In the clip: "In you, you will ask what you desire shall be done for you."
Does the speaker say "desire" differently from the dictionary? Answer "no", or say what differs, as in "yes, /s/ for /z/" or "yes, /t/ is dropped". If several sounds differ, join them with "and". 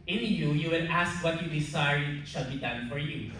yes, /s/ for /z/